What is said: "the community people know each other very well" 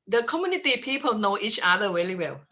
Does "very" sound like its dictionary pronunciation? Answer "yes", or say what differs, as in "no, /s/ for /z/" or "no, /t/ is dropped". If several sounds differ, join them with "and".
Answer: no, /w/ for /v/ and /l/ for /ɹ/